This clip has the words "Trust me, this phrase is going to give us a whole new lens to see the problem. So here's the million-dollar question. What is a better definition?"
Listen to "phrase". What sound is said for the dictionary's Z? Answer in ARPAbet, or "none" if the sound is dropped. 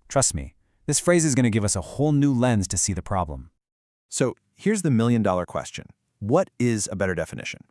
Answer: Z